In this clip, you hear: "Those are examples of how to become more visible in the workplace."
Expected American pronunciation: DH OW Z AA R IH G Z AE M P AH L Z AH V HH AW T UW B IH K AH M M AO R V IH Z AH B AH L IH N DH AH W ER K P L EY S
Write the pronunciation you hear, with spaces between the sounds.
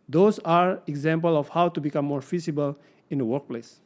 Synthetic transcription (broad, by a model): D OW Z AA R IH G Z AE M P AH L AH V HH AW T UW B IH K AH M M AO R F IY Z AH B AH L IH N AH W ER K P L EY S